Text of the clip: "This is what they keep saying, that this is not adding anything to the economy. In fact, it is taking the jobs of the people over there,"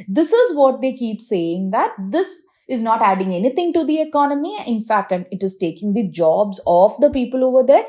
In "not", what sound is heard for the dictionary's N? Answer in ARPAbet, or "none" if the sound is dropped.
N